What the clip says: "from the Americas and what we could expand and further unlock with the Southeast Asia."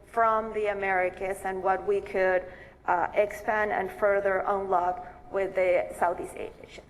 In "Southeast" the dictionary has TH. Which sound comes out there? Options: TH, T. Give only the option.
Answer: TH